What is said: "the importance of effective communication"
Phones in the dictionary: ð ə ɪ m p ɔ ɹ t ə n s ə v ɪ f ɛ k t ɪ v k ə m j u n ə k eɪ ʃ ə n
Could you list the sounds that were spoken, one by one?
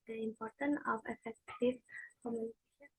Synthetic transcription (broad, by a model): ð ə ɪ m p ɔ ɹ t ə n ə v ɪ f ɛ k t ɪ v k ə m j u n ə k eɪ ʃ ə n